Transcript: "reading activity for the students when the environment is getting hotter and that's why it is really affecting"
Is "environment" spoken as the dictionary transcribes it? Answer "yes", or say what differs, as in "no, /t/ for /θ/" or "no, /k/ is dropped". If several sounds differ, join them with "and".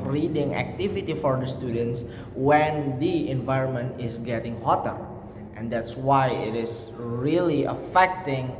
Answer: yes